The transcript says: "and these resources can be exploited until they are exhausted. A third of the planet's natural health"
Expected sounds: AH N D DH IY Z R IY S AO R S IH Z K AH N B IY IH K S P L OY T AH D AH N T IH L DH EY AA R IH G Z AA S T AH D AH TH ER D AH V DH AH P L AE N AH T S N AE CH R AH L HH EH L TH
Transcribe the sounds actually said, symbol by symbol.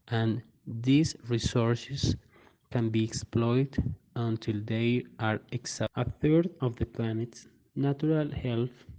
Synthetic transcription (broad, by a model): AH N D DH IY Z R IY S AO R S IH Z K AH N B IY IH K S P L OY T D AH N T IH L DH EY AA R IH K S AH AH TH ER D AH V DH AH P L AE N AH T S N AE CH R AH L HH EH L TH